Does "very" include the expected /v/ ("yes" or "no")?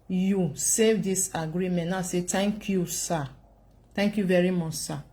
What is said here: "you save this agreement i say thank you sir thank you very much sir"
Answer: yes